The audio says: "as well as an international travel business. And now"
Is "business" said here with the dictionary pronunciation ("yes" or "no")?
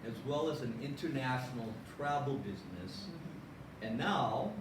yes